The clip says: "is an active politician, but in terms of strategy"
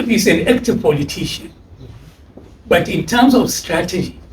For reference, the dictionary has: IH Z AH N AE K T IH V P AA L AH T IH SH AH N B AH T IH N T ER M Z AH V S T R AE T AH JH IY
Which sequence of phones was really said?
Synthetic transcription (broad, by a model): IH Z AH N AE K T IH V P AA L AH T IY SH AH N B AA T IH N T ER M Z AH F S T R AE T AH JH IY